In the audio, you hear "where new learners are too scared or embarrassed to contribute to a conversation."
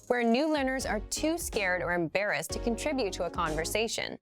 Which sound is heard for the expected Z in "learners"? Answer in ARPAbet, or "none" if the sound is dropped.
Z